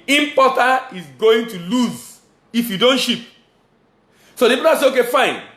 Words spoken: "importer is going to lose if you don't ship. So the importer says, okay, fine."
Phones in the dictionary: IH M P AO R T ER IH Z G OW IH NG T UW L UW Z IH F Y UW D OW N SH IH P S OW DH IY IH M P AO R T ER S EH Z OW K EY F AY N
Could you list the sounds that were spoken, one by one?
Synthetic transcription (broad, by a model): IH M P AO T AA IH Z G OW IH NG T UW L UW Z IH F Y UW D OW N SH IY P S OW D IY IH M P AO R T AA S EH OW K EY F AY N